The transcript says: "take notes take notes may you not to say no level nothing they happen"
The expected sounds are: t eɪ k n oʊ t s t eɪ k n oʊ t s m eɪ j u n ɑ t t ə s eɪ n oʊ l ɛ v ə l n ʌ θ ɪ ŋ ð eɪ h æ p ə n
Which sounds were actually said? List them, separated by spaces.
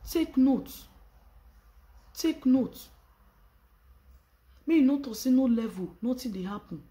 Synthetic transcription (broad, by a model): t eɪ k n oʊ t t eɪ k n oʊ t m eɪ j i n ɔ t t ə s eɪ n oʊ l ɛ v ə n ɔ t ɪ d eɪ h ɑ p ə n